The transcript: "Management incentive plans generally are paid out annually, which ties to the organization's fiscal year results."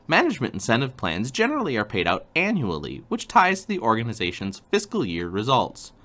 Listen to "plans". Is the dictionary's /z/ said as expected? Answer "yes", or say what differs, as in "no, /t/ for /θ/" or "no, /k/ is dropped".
yes